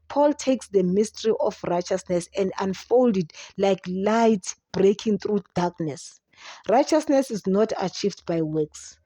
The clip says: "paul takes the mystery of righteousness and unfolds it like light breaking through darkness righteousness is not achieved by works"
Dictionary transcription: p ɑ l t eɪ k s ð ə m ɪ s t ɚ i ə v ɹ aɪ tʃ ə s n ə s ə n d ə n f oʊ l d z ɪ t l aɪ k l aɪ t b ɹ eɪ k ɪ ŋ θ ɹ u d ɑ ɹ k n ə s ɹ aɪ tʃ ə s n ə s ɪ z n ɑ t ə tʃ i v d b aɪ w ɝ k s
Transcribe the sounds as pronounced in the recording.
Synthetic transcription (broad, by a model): p ɑ l t eɪ k s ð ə m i s t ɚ i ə f ɹ aɪ tʃ ə s n ə s ə n d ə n f oʊ l d ɪ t l aɪ k l aɪ t b ɹ eɪ k ɪ ŋ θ ɹ u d ɑ k n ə s ɹ aɪ tʃ ə s n ə s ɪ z n ɑ t ə tʃ i v d b aɪ w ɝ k s